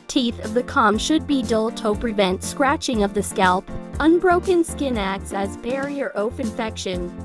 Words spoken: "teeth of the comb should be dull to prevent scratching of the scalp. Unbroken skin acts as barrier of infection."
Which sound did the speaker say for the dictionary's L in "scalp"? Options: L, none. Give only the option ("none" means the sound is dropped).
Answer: L